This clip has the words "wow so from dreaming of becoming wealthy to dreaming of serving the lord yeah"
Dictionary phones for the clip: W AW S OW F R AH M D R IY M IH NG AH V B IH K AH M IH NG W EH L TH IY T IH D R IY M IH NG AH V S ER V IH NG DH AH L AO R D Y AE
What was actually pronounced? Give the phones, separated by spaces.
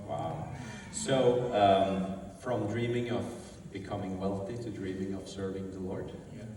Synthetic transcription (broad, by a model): W AW S OW F R AH M D R IY M IH NG AH V B IH K AH M IH NG W EH L TH IY T IH D R IY M IH NG AH V S ER V IH NG DH AH L AO R D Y